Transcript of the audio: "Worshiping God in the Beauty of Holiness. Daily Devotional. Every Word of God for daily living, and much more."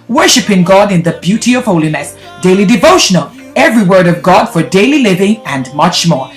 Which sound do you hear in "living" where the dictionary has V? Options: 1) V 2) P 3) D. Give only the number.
1